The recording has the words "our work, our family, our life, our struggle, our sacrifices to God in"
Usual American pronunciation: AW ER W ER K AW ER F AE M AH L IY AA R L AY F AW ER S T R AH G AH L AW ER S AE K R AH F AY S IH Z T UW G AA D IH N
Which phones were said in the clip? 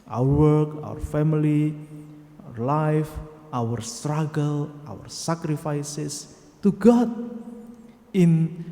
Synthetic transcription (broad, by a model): AW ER W ER K AW ER F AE M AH L IY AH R L AY F AW ER S T R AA G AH L AW ER S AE K R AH F AY S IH S T UW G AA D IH N